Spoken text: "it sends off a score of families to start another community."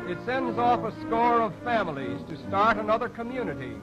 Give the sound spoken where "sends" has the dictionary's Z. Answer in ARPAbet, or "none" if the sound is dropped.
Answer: Z